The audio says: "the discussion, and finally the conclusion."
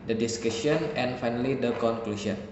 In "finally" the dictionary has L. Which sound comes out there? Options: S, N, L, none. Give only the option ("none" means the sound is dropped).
L